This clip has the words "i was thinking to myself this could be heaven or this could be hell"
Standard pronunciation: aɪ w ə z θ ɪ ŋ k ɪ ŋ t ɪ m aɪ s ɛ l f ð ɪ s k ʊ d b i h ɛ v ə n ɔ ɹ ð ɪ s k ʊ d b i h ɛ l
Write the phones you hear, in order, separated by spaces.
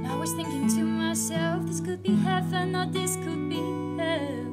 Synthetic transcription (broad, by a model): aɪ w ə z θ ɪ ŋ k ɪ ŋ t ɪ m aɪ s ɛ l f ð ɪ s k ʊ d b i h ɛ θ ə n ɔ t ð ɪ s k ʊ d b i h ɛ